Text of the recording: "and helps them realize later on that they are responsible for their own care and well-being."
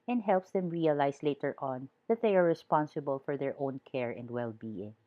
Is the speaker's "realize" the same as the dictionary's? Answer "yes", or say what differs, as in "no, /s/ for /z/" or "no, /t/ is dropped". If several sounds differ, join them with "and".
no, /s/ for /z/